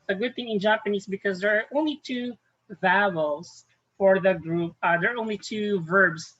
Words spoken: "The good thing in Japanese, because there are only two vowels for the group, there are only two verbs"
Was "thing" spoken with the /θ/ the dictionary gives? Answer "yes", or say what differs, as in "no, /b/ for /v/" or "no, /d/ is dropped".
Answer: yes